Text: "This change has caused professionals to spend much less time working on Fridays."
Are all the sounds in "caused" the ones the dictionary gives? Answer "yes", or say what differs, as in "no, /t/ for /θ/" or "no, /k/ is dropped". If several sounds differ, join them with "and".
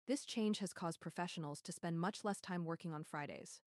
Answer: yes